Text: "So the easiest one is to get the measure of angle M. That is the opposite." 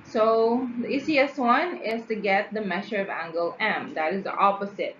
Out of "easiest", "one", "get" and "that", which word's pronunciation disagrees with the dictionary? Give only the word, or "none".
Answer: easiest